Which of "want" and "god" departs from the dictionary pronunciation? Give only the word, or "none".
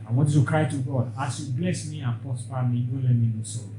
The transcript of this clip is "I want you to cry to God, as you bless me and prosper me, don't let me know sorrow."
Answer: want